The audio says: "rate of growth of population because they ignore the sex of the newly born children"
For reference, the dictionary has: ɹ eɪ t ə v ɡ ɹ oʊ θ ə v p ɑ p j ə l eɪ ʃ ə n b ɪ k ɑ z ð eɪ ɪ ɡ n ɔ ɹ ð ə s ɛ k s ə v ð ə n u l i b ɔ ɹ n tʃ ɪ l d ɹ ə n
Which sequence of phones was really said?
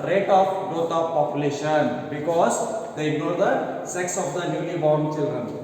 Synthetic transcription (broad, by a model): ɹ eɪ t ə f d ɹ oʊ t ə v p ɑ p j ə l eɪ ʃ ə n b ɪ k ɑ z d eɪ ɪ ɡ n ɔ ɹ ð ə s ɛ k s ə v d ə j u n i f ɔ ɹ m tʃ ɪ l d ɹ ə n